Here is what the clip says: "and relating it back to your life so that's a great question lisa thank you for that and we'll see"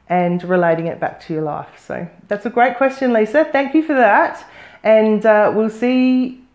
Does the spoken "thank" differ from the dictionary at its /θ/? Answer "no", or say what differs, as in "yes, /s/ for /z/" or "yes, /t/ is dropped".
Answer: no